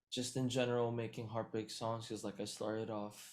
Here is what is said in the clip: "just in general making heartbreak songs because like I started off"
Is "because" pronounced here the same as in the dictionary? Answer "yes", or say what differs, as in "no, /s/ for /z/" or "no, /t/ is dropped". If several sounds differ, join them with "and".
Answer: no, /k/ is dropped